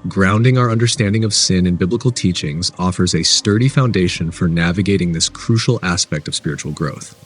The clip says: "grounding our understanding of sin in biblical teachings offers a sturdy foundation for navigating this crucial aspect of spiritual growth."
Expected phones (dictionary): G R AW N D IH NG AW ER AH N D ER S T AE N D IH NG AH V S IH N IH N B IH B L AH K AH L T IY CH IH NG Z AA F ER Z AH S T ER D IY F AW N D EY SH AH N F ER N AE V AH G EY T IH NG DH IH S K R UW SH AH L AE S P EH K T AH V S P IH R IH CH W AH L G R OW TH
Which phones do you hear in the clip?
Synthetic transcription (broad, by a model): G R AW N D IH NG AW ER AH N D ER S T AE N D IH NG AH V S IH N IH N B IH B L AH K L T IY CH IH NG Z AA F ER Z AH S T ER D IY F AW N D EY SH AH N F ER N AE V AH G EY T IH NG DH IH S K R UW SH L AE S P EH K T AH V S P IH R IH CH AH L G R OW TH